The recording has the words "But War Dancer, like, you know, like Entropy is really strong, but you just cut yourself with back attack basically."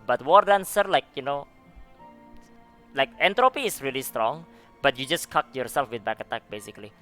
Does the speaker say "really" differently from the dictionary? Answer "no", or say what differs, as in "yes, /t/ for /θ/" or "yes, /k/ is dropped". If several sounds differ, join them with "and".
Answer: no